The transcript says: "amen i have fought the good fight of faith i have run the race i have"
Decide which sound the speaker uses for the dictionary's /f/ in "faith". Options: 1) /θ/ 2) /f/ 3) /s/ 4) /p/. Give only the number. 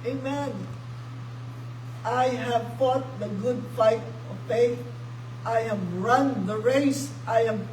4